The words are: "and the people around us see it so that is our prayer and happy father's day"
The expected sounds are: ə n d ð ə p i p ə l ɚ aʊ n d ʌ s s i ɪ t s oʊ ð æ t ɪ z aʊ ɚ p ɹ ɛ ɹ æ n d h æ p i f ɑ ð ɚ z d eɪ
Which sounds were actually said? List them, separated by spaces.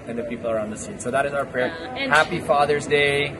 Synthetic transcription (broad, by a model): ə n ð ə p i p l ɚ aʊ n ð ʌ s s i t s oʊ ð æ t ɪ z aʊ ɚ p ɹ ɛ ɹ h æ p i f ɑ ð ɚ z d eɪ